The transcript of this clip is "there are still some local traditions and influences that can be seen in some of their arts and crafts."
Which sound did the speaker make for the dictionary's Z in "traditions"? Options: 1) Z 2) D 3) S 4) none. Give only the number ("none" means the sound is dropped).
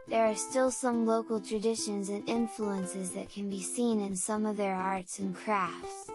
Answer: 1